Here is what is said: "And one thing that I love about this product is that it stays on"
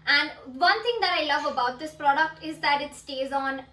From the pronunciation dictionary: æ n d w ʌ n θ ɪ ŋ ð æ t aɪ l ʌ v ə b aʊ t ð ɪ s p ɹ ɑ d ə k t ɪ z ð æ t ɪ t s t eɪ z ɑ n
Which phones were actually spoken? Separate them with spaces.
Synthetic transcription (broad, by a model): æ n d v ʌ n t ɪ ŋ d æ t aɪ l ʌ v ə b aʊ t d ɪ s p ɹ ɑ d ə k t ɪ z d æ t ɪ t s t eɪ z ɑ n